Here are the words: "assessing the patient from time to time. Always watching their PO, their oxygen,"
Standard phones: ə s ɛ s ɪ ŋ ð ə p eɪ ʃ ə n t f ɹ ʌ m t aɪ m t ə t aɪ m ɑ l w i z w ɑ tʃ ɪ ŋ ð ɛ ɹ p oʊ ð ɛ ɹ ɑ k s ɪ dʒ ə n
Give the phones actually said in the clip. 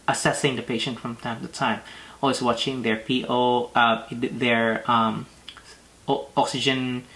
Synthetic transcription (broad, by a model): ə s ɛ s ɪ ŋ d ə p eɪ ʃ ə n t f ɹ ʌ m t aɪ m t ə t aɪ m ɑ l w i s w ɑ tʃ ɪ ŋ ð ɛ ɹ p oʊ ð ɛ ɹ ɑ k s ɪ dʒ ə n